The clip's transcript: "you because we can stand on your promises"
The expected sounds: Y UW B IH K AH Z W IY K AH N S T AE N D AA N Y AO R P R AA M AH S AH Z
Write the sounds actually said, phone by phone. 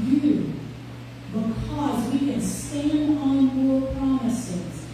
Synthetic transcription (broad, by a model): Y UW B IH K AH Z W IY K AH N S T AE N D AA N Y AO R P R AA M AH S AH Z